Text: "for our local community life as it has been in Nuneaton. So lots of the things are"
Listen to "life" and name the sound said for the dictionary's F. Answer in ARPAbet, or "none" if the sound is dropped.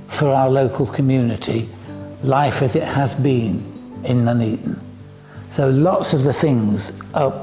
F